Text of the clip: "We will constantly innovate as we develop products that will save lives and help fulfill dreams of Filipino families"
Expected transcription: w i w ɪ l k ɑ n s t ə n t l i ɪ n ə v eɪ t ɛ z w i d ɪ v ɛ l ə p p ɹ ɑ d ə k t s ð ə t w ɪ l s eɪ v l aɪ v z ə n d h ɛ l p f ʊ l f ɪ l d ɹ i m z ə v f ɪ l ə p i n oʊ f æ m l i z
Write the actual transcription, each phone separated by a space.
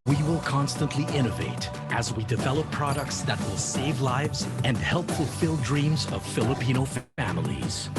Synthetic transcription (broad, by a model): w i w ɪ l k ɑ n s t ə n t l i ɪ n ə v eɪ t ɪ z w i d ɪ v ɛ l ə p p ɹ ɑ d ə k t s ð ə t w ɪ l s eɪ v l aɪ v z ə n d h ɛ l p f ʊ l f ɪ l d ɹ i m z ə v f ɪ l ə p i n oʊ f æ m l i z